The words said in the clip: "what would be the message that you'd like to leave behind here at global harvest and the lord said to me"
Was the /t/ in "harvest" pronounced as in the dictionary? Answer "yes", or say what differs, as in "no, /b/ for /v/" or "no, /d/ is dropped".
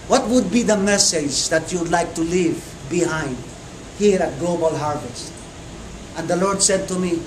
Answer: yes